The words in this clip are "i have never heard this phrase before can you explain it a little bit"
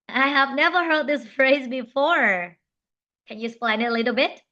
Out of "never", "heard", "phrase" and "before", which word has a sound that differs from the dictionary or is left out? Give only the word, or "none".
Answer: none